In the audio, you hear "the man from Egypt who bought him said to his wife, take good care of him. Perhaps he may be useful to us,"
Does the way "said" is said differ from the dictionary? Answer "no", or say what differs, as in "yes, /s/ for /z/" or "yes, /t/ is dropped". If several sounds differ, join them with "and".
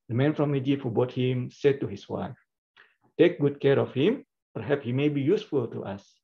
no